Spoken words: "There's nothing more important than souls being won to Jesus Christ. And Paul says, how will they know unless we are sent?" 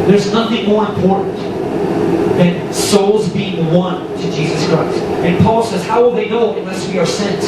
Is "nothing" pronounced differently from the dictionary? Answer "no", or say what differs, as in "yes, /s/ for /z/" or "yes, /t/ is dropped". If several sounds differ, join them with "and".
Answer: no